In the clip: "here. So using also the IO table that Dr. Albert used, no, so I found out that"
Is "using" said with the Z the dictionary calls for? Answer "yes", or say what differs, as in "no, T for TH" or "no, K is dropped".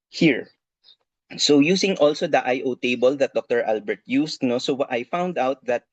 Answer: no, S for Z